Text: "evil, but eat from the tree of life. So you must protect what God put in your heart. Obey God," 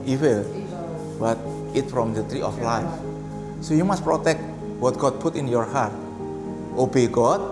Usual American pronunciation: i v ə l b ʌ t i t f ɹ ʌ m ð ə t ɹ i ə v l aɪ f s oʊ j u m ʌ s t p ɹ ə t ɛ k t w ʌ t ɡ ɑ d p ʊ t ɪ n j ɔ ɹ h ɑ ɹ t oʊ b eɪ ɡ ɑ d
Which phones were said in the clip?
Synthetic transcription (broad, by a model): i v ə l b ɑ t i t f ɹ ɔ m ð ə t ɹ i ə f l aɪ f s oʊ j u m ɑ s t p ɹ ə t ɛ k t w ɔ t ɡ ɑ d p ʊ t ɪ n j ɔ ɹ h ɑ ɹ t oʊ b eɪ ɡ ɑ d